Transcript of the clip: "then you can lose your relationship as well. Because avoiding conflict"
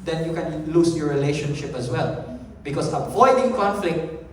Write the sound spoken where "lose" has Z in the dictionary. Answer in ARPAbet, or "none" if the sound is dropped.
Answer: S